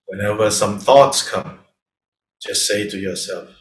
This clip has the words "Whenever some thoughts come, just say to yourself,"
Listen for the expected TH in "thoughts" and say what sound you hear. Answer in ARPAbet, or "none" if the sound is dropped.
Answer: TH